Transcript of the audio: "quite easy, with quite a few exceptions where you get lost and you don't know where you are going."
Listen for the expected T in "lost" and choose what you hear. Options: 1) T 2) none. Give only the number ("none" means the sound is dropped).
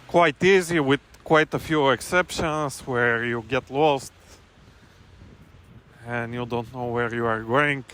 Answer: 1